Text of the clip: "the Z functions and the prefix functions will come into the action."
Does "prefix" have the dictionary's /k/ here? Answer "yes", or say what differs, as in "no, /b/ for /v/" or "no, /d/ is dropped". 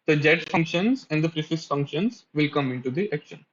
no, /k/ is dropped